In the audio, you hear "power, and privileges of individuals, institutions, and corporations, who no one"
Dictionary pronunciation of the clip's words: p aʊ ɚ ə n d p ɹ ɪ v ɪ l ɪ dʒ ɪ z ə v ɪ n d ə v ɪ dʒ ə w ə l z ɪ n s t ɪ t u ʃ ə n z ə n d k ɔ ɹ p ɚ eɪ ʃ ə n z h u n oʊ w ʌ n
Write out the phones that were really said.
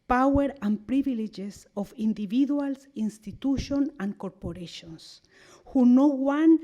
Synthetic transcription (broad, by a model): p aʊ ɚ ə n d p ɹ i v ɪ l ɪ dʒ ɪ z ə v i n d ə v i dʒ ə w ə l s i n s t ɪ t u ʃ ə n ə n k ɔ ɹ p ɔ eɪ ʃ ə n s h u n oʊ w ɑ n